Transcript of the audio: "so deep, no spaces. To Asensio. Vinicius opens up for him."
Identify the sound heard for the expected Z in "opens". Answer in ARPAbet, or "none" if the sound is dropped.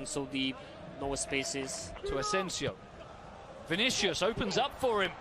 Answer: Z